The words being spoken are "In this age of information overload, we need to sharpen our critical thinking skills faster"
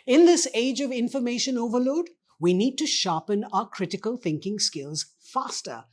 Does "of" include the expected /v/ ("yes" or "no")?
yes